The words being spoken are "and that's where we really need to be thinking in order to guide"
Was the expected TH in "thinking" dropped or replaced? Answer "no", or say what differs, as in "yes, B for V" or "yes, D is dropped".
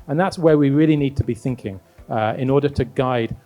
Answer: no